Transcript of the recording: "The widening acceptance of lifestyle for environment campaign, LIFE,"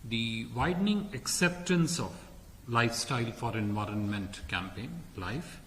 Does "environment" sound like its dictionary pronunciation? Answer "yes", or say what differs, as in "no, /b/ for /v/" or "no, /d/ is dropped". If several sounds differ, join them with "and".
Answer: yes